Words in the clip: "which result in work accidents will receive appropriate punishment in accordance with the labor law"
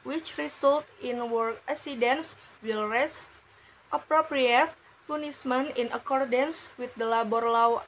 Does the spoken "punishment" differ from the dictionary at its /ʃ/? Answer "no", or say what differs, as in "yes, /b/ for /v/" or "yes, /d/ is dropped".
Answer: yes, /s/ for /ʃ/